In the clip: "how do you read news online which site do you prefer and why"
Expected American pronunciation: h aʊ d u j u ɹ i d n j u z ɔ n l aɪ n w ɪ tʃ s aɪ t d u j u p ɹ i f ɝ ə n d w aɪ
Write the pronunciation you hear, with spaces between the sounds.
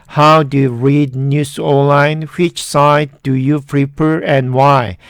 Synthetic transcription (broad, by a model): h aʊ d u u ɹ i d n j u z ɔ l aɪ n w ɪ tʃ s aɪ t d u j u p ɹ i p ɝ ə n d w aɪ